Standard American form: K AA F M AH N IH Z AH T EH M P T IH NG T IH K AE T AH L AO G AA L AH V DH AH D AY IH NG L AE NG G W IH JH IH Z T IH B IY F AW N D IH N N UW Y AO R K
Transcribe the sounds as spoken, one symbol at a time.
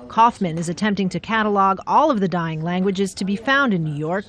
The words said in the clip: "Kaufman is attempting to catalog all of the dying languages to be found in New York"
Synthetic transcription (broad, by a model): K AA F M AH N IH Z AH T EH M P T IH NG T IH K AE T AH L AO G AA L AH V DH AH D AY IH NG L AE NG G W IH JH IH Z T IH B IY F AW N D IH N N UW Y AO R K